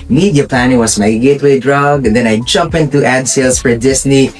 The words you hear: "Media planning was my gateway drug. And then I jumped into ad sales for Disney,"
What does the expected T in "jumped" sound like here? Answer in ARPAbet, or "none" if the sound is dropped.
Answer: none